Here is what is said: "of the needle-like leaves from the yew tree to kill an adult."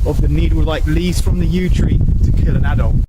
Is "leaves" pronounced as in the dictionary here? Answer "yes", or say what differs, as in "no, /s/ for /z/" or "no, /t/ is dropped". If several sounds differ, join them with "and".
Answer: no, /v/ is dropped